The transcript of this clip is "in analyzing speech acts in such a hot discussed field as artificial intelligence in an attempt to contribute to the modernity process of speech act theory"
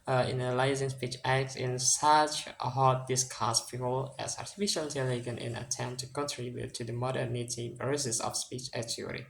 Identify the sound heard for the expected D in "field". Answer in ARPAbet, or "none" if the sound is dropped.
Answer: none